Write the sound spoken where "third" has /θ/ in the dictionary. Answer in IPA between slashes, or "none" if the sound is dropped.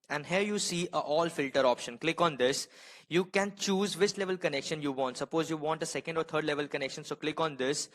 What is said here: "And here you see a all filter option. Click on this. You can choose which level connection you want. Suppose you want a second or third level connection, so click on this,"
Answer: /t/